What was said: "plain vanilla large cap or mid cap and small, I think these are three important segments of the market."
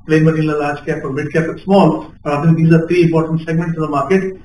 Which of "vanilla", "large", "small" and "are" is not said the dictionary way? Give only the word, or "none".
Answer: vanilla